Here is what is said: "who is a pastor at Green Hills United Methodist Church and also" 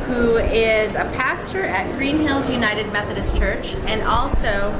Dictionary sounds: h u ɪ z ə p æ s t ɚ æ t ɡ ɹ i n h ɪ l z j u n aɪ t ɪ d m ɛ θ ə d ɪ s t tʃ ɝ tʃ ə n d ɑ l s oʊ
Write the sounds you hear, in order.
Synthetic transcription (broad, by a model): h u ɪ z ə p æ s t ɚ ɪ t ɡ ɹ i n h ɪ l z j u n aɪ t ɪ d m ɛ θ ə d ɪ s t tʃ ɝ tʃ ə n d ɑ l s oʊ